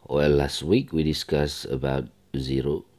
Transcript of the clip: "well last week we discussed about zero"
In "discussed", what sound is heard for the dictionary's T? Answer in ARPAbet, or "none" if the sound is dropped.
none